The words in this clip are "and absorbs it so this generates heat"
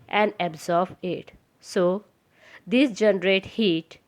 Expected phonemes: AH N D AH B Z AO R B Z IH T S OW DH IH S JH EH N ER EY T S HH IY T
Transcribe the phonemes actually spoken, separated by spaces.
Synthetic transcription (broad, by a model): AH N D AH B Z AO R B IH T S OW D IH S JH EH N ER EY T HH IY T